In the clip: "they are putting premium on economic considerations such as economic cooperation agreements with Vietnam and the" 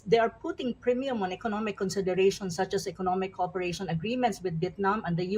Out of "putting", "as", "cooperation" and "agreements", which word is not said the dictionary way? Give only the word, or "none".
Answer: as